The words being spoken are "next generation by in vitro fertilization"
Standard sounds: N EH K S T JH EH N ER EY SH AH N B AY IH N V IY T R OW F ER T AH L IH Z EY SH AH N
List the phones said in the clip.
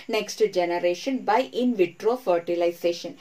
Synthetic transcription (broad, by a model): N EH K S T JH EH N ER EY SH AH N B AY IH N V IY T R OW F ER T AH L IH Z EY SH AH N